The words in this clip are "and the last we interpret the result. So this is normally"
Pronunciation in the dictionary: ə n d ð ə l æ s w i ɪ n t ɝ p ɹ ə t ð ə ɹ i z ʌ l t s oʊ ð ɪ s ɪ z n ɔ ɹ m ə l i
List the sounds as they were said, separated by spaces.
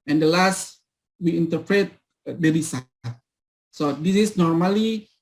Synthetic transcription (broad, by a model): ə n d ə l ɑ s w i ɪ n t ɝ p ɹ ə t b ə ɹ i s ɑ t s oʊ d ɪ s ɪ s n ɔ ɹ m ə l i